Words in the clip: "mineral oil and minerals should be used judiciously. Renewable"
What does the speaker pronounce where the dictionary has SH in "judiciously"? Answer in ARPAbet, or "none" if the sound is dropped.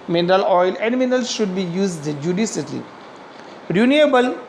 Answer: S